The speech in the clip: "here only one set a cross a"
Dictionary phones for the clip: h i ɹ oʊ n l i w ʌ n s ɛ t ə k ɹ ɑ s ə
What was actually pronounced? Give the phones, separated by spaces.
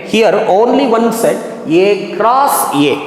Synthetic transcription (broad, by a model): h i ɹ oʊ n l i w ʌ n s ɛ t ə k ɹ ɑ s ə